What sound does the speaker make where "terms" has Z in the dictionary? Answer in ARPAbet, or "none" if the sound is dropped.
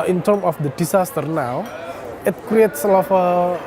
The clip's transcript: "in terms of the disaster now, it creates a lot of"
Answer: none